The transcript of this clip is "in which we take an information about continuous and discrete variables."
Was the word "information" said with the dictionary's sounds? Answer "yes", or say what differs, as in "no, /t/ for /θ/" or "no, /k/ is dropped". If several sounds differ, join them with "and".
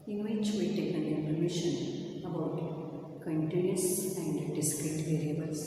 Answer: no, /p/ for /f/